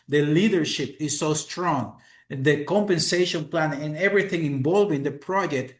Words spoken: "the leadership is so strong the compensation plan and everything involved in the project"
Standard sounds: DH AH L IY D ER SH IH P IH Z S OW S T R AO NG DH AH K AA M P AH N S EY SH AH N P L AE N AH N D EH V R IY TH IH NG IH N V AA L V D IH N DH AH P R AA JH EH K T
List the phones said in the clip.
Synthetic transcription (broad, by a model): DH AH L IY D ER SH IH P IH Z S OW S T R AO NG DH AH K AA M P AH N S EY SH AH N P L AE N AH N EH V R IY TH IH NG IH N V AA L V IH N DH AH P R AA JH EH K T